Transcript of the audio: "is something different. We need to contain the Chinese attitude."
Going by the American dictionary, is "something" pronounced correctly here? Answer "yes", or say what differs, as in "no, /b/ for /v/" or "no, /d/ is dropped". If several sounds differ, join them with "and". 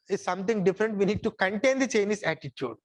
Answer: no, /t/ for /θ/